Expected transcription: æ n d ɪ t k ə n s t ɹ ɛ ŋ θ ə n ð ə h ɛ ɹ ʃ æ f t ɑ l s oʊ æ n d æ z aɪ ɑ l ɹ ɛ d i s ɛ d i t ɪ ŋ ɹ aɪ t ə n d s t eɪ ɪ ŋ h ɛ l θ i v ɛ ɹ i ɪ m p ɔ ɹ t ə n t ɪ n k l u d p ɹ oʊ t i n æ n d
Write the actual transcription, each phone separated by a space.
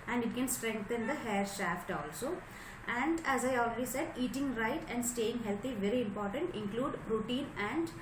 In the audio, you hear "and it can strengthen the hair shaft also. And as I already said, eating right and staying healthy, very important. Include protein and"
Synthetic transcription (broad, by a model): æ n d ɪ t k ə n s t ɹ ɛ ŋ t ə n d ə h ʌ ɹ ʃ æ f t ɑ l s oʊ æ n d æ z aɪ ɑ l ɹ ɛ d i s ɛ d i t ɪ ŋ ɹ aɪ t ə n d s t eɪ ɪ ŋ h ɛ l t i v ɛ ɹ i ɪ m p ɔ ɹ t ə n t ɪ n k l u d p ɹ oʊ t i n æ n d